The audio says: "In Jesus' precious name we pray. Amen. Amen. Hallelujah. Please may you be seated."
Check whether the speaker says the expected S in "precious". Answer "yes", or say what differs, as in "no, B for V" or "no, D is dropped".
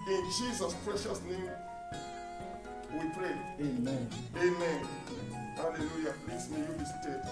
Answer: yes